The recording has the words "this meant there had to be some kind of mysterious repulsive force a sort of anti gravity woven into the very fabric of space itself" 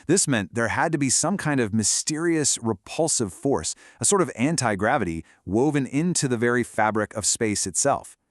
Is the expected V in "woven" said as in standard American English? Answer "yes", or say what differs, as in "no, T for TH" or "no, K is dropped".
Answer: yes